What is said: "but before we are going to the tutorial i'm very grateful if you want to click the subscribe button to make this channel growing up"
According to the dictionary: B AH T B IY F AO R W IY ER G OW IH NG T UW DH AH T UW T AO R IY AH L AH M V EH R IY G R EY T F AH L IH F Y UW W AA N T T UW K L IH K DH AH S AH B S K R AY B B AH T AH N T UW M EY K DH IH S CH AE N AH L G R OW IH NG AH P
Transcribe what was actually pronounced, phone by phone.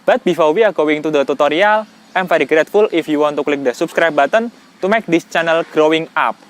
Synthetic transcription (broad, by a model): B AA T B IY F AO W IY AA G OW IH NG T UW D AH T UW T AO R IY AH L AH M F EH R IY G R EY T F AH L IH F Y UW W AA N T T UW K L IH K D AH S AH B S K R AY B B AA T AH N T UW M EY K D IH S CH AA N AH L G R OW IH NG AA P